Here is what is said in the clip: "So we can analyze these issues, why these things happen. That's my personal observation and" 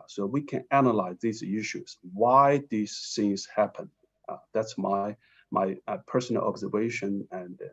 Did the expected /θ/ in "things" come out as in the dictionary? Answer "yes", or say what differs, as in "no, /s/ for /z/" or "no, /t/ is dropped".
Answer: no, /s/ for /θ/